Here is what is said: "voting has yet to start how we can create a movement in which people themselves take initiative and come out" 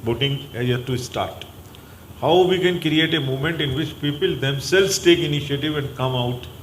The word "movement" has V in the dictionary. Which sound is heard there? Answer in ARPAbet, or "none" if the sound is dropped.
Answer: none